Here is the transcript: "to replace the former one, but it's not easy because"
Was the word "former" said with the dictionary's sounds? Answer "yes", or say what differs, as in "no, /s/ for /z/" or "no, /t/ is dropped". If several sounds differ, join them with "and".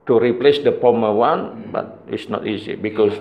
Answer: no, /p/ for /f/